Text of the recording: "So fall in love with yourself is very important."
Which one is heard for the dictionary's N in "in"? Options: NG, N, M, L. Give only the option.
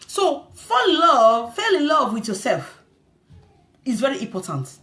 L